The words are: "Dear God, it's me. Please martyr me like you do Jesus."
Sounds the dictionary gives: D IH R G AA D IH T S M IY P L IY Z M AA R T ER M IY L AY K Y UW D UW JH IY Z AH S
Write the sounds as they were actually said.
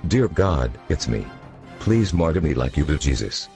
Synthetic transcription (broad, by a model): D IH R G AA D IH T S M IY P L IY Z M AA R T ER M IY L AY K Y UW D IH JH IY Z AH S